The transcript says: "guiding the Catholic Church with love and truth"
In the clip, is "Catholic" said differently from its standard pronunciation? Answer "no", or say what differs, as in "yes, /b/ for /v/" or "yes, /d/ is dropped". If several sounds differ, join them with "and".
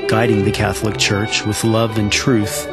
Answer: no